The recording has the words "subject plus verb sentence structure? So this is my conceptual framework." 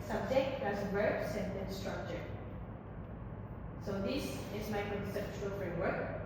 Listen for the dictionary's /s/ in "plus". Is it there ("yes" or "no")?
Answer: no